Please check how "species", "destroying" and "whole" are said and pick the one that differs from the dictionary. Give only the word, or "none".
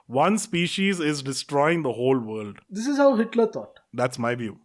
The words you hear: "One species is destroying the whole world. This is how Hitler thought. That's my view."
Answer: none